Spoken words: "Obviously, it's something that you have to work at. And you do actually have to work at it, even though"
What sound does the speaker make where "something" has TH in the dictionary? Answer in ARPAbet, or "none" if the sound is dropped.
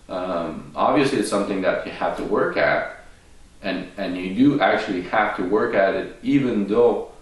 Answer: TH